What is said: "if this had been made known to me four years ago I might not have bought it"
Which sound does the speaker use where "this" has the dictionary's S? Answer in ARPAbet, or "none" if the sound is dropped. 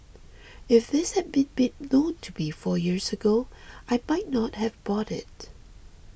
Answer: S